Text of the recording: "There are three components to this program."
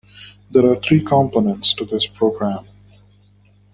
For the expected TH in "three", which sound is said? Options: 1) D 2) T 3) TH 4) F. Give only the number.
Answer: 2